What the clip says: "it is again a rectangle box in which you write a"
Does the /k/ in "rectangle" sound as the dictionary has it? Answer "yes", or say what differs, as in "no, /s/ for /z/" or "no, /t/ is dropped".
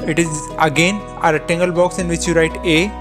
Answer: no, /k/ is dropped